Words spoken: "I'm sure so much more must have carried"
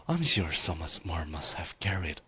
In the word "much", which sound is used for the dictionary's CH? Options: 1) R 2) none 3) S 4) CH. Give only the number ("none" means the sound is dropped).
3